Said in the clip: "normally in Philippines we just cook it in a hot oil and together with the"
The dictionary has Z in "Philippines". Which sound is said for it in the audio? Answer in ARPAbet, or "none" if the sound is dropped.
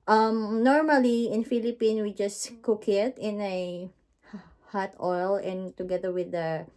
none